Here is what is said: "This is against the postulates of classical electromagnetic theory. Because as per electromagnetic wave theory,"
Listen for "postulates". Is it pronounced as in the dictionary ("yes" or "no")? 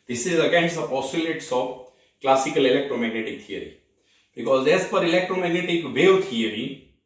no